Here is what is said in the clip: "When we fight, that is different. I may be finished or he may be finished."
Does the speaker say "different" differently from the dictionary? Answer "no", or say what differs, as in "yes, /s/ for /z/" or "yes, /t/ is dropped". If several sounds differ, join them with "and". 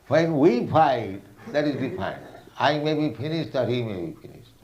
yes, /t/ is dropped